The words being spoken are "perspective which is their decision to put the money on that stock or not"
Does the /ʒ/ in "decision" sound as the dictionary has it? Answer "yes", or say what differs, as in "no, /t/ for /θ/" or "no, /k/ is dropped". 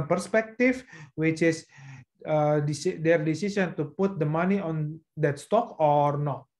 no, /s/ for /ʒ/